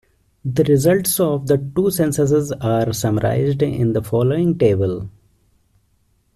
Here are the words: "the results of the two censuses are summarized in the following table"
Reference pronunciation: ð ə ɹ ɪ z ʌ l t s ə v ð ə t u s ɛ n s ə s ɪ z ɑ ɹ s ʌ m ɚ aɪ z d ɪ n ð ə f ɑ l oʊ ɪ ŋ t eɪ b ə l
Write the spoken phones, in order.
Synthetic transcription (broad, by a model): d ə ɹ ɪ z ʌ l t s ə v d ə t u s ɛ n s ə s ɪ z ɑ ɹ s ʌ m ɚ aɪ z d ɪ n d ə f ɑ l oʊ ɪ ŋ t eɪ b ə l